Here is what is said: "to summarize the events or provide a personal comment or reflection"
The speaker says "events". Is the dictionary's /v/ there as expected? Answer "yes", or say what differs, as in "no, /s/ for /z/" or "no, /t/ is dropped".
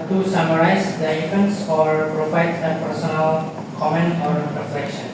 no, /f/ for /v/